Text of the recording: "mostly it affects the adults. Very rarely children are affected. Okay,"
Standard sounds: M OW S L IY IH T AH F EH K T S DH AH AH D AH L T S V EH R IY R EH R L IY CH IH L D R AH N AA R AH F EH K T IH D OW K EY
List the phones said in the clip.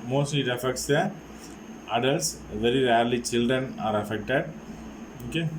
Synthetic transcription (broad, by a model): M OW S L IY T AH F EH K T S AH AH D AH L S V EH R IY R EH R L IY CH IH L D R AH N AA R AH F EH K T IH D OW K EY